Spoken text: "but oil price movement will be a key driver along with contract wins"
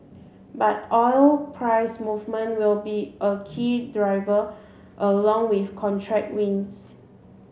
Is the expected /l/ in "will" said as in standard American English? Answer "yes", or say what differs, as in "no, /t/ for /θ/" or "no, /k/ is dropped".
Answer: yes